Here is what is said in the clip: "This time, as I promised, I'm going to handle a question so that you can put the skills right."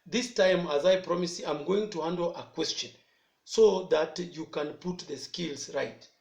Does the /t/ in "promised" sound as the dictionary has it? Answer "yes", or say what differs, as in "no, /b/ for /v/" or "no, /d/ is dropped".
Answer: no, /t/ is dropped